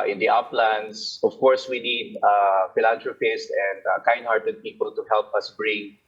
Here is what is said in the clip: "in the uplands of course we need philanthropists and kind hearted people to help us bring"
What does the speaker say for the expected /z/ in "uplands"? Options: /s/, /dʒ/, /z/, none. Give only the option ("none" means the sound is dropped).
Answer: /s/